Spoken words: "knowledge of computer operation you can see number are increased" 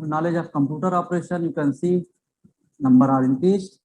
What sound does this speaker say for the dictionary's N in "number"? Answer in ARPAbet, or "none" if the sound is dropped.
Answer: N